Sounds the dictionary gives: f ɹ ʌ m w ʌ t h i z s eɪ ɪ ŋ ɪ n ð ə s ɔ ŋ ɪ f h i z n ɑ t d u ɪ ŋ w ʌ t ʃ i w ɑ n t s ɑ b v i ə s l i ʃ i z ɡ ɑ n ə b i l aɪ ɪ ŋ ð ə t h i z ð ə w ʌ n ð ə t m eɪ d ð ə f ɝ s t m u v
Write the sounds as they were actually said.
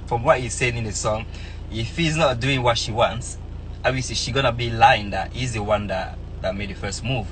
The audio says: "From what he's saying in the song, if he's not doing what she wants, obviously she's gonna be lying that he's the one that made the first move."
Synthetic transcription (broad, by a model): f ɹ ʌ m w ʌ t h i z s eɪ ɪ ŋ ɪ n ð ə s ɔ ŋ ɪ f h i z n ɑ t d u ɪ ŋ w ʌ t ʃ i w ɑ n t s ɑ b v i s i ʃ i ɡ ɑ n ə b i l aɪ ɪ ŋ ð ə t h i z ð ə w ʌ n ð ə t m eɪ d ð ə f ɝ s t m u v